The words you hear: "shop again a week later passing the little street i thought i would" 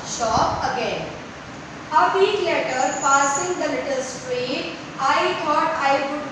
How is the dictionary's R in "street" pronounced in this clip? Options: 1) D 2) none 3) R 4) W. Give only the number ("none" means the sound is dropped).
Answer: 3